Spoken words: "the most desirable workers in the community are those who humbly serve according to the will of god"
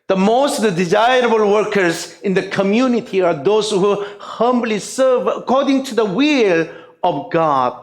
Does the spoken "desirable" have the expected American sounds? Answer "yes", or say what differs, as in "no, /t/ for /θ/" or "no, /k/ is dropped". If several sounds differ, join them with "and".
yes